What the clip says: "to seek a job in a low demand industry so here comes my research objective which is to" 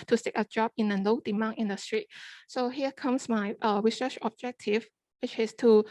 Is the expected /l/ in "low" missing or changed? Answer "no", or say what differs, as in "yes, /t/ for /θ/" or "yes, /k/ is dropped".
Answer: yes, /n/ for /l/